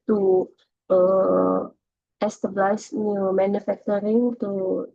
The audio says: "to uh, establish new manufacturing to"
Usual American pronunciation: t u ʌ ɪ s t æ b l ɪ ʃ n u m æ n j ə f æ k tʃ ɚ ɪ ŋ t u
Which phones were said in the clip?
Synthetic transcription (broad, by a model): t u ʌ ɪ s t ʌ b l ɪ s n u m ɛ n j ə f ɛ k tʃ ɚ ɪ ŋ t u